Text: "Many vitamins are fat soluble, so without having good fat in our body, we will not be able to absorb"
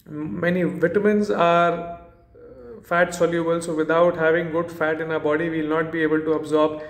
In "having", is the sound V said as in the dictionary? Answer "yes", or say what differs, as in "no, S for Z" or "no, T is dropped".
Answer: yes